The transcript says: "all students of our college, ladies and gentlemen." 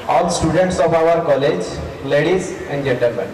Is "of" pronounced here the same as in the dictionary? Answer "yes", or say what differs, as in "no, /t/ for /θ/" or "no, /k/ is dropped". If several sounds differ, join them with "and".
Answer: no, /p/ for /v/